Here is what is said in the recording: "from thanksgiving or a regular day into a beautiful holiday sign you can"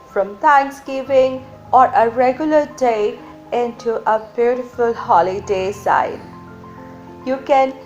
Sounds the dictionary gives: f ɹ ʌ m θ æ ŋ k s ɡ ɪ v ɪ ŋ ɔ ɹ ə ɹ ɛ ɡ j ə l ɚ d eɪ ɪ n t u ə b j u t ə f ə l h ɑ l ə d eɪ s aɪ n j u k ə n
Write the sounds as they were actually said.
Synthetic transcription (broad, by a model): f ɹ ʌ m t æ ŋ k s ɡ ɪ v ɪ ŋ ɔ ɹ ə ɹ ɛ ɡ j ə l ɚ d eɪ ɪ n t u ə b j u t ə f ə l h ɑ l ə d eɪ s aɪ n j u k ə n